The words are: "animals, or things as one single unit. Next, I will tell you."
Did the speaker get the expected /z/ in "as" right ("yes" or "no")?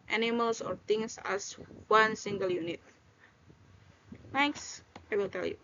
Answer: no